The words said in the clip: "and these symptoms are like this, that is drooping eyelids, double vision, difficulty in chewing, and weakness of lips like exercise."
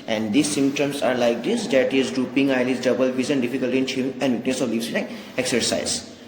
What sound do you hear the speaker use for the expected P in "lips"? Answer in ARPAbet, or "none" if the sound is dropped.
none